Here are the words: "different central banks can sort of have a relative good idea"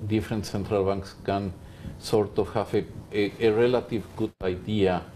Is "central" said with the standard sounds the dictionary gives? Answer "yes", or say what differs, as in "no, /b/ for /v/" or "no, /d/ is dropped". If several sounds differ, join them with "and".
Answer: yes